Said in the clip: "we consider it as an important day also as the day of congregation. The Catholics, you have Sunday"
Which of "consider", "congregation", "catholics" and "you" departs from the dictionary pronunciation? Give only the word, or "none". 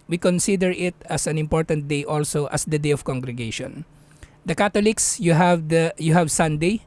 catholics